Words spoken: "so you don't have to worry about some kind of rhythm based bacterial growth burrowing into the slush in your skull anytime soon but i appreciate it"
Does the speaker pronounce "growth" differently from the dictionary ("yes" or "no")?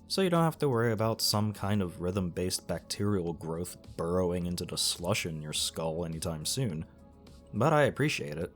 no